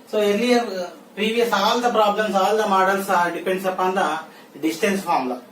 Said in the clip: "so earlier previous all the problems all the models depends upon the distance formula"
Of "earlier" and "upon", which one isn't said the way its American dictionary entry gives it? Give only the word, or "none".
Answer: earlier